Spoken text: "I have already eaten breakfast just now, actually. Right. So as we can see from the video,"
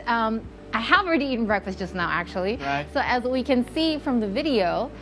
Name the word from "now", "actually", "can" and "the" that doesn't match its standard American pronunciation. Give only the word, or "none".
actually